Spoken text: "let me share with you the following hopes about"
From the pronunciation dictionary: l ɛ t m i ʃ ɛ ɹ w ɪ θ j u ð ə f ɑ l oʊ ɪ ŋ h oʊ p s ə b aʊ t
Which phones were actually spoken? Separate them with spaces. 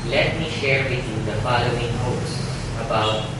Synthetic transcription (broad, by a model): l ɛ t m i ʃ ɛ ɹ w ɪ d j u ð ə f ɑ l oʊ ɪ ŋ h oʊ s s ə b aʊ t